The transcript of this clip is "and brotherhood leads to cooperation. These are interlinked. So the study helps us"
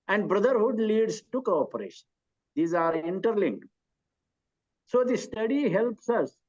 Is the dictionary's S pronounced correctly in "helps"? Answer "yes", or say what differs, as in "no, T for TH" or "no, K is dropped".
yes